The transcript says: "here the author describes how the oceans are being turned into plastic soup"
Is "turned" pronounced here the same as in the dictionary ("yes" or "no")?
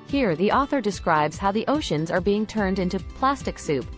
yes